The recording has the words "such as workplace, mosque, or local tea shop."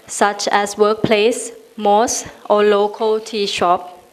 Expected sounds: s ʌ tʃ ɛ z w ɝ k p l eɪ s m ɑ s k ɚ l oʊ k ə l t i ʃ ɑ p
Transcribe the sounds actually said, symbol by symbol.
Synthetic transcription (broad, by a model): s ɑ tʃ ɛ s w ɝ k p l eɪ s m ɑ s ɔ l oʊ k ə l t i ʃ ɑ p